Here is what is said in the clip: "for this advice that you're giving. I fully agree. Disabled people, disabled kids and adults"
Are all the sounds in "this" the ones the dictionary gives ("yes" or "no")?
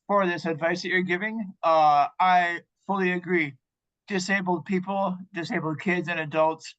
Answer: yes